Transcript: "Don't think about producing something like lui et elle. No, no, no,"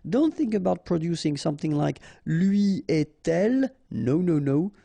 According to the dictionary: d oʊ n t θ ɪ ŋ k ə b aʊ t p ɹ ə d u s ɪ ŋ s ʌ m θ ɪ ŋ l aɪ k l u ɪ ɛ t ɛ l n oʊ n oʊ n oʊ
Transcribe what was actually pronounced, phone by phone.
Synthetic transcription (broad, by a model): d oʊ n t θ ɪ ŋ k ə b aʊ t p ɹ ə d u s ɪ ŋ s ʌ m θ ɪ ŋ l aɪ k l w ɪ ɛ t ɛ l n oʊ n oʊ n oʊ